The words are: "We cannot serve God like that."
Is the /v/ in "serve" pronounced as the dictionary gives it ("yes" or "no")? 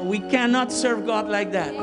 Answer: yes